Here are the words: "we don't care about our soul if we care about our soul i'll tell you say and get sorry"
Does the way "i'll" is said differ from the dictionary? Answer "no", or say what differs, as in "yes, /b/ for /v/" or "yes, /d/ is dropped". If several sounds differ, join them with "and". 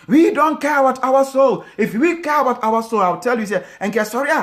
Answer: yes, /w/ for /l/